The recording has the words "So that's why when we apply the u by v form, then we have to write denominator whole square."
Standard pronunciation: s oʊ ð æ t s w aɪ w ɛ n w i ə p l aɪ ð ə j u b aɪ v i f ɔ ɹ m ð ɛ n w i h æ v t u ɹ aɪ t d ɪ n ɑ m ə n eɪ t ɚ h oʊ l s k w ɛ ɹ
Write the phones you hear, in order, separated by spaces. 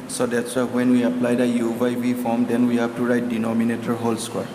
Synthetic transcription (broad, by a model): s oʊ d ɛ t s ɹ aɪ w ɛ n w i ə p l aɪ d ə j u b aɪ b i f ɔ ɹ m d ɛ n w i h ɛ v t u ɹ aɪ t d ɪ n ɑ m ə n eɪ t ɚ h oʊ l s k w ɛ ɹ